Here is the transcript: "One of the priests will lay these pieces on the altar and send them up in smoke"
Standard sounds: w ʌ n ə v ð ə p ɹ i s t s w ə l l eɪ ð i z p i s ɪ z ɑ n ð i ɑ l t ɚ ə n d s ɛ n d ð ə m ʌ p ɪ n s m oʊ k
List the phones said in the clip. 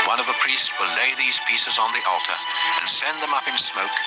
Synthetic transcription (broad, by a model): w ʌ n ə v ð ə p ɹ i s t s w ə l l eɪ ð i z p i s ɪ z n ð i ɑ l t ɚ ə n s ɛ n ð ə m ʌ p ɪ n s m oʊ k